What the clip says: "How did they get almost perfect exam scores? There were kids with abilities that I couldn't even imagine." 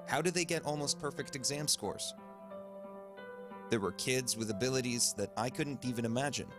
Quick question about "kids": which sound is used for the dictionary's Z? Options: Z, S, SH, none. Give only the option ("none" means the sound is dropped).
Z